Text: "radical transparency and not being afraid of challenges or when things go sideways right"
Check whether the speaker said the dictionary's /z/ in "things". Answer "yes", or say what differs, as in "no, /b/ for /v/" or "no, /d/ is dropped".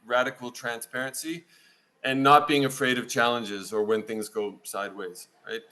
yes